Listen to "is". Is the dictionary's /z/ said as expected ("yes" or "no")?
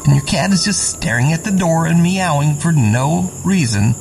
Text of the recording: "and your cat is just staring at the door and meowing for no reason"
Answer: yes